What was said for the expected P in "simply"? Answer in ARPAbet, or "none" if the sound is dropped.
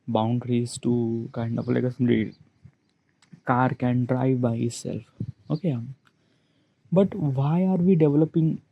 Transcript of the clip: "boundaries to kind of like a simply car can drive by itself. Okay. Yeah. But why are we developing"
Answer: none